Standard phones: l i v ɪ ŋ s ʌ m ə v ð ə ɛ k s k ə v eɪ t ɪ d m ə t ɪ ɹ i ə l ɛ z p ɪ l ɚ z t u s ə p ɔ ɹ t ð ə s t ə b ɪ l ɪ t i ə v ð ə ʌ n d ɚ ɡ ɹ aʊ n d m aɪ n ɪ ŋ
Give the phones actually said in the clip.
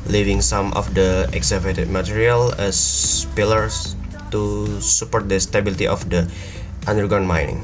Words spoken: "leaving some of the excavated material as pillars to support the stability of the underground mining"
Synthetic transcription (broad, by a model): l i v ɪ ŋ s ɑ m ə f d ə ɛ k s ə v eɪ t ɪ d m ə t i ɹ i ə l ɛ s p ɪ l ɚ s t u s ə p ɔ ɹ t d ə s t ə b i l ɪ t i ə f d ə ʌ n d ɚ ɡ aʊ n m aɪ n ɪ ŋ